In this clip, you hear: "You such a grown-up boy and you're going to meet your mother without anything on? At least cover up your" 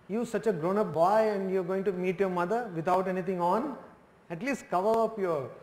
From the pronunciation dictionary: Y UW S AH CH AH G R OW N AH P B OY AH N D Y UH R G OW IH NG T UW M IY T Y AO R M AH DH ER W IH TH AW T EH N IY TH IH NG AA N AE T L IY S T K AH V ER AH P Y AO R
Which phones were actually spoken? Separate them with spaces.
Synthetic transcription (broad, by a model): Y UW S AH CH AH G R OW N AH P B OY AH N D Y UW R G OW IH NG T UW M IY T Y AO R M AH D ER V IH T AW T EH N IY T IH NG AA N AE T L IY S T K AH V ER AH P Y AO R